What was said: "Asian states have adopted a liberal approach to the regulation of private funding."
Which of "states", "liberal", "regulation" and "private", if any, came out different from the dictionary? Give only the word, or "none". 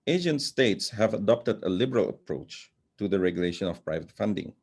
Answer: none